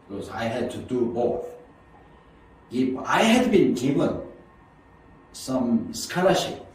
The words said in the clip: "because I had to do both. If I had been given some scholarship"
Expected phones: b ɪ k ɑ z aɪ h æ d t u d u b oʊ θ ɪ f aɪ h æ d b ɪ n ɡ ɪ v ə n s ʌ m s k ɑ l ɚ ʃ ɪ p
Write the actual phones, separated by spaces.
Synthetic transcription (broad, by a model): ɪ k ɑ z aɪ h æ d t u d u b oʊ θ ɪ p aɪ h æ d b ɪ n ɡ ɪ v ə n s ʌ m s k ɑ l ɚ ʃ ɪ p